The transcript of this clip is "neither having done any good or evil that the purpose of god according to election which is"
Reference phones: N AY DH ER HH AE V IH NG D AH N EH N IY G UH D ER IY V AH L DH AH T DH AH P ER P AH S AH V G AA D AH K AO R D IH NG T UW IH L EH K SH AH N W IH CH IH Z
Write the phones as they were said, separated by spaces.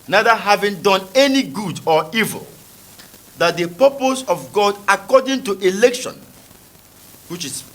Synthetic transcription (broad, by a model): N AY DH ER HH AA V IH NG D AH N EH N IY G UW D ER IY V AH L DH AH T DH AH P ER P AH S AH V G AA D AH K AO D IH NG T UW IH L EH K SH AH N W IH CH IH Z